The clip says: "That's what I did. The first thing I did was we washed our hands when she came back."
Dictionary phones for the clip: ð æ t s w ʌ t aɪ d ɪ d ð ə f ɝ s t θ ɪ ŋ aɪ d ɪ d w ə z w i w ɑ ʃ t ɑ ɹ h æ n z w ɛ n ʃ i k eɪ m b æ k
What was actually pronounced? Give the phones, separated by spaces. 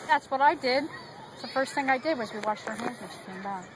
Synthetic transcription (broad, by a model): ð æ t s w ʌ t aɪ d ɪ d ð ə f ɝ s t θ ɪ ŋ aɪ d ɪ d w ə z w i w ɑ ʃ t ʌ ɹ h æ n z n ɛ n ʃ i k eɪ m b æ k